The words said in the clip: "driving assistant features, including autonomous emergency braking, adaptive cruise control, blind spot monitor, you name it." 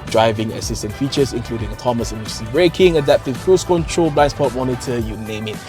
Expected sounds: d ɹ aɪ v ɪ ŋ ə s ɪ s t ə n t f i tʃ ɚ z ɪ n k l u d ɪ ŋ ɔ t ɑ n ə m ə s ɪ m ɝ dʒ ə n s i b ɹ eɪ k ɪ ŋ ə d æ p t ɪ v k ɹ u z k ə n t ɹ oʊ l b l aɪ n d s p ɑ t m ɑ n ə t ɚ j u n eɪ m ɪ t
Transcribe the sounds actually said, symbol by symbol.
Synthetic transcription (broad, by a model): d ɹ aɪ v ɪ ŋ ə s ɪ s t ə n t f i tʃ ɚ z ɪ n k l u d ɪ ŋ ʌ t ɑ m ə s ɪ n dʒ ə s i b ɹ eɪ k ɪ ŋ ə d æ p t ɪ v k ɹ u s k ə n t ɹ oʊ l b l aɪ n s p ɑ t m ɑ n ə t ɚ j u n eɪ m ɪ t